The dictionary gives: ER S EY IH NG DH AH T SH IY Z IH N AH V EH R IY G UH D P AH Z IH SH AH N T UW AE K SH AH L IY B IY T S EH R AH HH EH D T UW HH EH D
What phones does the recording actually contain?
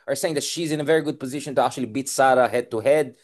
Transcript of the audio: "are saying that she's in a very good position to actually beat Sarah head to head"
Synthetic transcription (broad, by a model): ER S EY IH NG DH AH T SH IY Z IH N AH V EH R IY G UH D P AH Z IH SH AH N T UW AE K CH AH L IY B IY T S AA R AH HH EH D T UW HH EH D